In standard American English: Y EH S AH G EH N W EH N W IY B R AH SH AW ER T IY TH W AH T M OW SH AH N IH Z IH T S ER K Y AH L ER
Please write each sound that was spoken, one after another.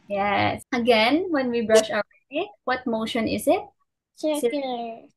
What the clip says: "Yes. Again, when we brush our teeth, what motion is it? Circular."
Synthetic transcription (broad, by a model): Y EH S AH G EH N W EH N W IY B R AH SH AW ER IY T W AH T M OW SH AH N IH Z IH T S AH